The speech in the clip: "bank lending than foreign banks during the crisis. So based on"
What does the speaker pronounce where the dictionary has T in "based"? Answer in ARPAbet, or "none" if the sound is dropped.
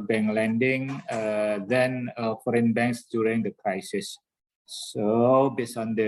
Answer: none